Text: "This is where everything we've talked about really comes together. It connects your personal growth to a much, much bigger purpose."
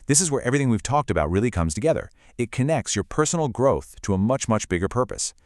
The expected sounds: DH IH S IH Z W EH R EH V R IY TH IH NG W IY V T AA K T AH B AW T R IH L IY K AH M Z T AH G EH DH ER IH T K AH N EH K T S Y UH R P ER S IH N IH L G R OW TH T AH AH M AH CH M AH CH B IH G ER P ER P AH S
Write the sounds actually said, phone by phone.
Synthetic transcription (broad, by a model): DH IH S IH Z W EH R EH V R IY TH IH NG W IY V T AA K T AH B AW T R IH L IY K AH M Z T AH G EH DH ER IH T K AH N EH K T S Y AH R P ER S N L G R OW TH T AH AH M AH CH M AH CH B IH G ER P ER P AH S